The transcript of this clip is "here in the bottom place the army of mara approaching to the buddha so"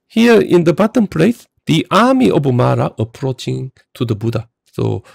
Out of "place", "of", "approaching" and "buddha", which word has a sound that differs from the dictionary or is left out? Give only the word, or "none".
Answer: of